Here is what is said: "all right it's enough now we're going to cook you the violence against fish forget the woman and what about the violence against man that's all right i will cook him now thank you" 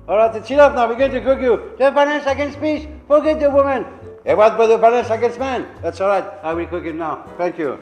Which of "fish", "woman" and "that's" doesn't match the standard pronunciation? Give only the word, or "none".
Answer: fish